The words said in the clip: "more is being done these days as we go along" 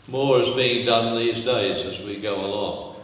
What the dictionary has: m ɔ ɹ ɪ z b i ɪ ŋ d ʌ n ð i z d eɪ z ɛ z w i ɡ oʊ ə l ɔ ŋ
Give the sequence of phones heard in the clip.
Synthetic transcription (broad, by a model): m ɔ ɹ ɪ z b i ɪ ŋ d ʌ n ð i z d eɪ z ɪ z w i ɡ oʊ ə l ɔ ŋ